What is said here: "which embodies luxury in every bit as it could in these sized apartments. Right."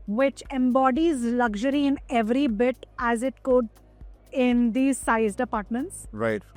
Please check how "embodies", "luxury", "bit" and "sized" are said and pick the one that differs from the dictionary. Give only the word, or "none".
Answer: none